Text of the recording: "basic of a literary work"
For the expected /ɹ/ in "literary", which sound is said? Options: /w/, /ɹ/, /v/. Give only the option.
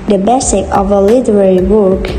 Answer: /ɹ/